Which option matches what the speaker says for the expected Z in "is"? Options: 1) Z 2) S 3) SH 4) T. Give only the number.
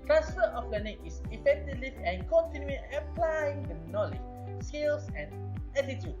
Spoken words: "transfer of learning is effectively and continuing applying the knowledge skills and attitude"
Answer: 2